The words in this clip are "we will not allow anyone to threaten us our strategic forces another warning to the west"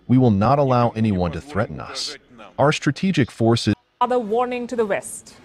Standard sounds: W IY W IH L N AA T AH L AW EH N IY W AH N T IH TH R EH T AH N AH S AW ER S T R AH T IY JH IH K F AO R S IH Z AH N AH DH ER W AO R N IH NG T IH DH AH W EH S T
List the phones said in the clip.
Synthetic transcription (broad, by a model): W IY W IH L N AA T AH L AW EH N IY W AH N T IH TH R EH T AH N AH S AW ER S T R AH T IY JH IH K F AO R S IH AH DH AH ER W AO R N IH NG T IH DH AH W EH S T